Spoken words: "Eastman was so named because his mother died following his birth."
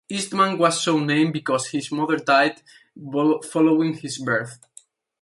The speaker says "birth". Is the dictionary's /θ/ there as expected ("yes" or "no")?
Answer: yes